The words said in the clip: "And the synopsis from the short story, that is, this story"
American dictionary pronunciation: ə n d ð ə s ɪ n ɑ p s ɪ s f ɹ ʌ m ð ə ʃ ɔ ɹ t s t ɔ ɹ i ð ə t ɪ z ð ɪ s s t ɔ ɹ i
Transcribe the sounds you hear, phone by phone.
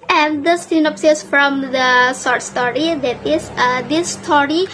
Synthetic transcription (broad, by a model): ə n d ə s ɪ n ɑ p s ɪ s f ɹ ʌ m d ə s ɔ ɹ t s t ɔ ɹ i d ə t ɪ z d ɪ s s t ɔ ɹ i